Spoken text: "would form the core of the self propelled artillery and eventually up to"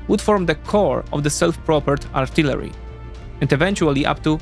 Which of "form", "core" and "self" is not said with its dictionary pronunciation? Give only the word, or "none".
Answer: none